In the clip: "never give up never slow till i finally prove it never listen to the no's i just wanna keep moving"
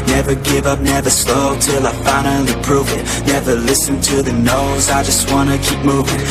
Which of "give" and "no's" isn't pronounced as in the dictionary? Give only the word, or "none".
none